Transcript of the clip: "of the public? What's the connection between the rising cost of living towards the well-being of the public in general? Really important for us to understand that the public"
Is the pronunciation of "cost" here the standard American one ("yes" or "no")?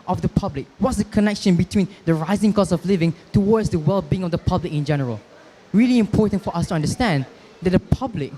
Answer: no